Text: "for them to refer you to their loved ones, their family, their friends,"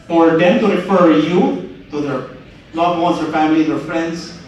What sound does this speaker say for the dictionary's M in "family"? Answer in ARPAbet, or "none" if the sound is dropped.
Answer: M